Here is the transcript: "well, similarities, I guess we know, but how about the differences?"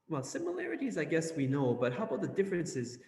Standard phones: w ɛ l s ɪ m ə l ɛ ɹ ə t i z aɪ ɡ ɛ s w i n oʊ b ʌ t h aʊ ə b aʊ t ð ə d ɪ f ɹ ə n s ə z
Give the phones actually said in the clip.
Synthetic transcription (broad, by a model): w ɛ l s ɪ m ə l ɛ ɹ ə t i z aɪ ɡ ɛ s w i n oʊ b ʌ t h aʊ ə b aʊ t ð ə d ɪ f ɹ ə n s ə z